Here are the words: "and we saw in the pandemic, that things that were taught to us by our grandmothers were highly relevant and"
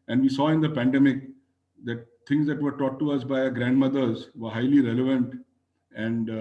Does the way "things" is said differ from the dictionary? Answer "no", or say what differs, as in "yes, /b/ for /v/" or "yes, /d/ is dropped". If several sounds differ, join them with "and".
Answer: yes, /t/ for /θ/